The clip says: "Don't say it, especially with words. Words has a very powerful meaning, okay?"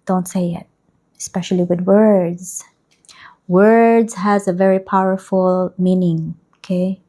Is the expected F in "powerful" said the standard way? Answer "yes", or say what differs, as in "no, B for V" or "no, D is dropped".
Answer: yes